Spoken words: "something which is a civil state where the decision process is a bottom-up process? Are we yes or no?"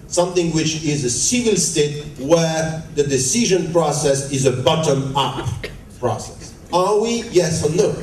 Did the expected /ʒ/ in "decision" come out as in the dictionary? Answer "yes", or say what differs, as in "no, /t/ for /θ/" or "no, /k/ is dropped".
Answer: yes